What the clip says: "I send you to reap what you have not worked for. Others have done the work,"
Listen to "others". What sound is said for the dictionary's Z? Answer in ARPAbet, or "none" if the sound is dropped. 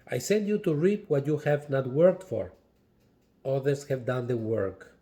S